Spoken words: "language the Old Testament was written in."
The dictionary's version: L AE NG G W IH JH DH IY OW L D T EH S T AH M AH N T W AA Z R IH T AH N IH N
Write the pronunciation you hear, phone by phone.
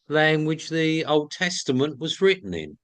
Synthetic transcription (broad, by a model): L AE NG G W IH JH DH IY OW L D T EH S T AH M AH N T W AA Z R IH T N IH N